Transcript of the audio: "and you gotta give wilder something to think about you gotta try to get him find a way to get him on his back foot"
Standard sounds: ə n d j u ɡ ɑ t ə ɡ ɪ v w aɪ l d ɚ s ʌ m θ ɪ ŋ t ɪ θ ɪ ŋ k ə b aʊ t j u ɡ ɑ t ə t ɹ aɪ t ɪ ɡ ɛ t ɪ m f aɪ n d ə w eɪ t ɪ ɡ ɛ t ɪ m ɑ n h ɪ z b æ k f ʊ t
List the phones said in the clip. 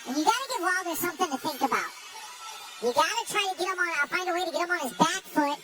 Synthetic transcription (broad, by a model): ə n j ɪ ɡ ɑ t ə ɡ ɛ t w aɪ l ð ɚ s ʌ m θ ɪ ŋ t ɪ θ ɪ ŋ k ə b aʊ t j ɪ ɡ ɑ t ə t ɹ aɪ t ɪ ɡ ɛ t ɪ m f aɪ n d ə w eɪ t ɪ ɡ ɛ t ɪ m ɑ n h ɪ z b æ k f ʊ t